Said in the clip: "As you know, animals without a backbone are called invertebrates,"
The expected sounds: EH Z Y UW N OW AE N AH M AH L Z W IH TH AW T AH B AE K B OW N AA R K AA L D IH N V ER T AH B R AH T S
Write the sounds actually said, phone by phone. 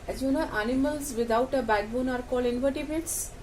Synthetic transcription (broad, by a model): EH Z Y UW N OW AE N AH M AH L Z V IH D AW T AH B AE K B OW N AA R K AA L IH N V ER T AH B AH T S